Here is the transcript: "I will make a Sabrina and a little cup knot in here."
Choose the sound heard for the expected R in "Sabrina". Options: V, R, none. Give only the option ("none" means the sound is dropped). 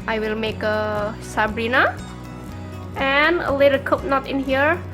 R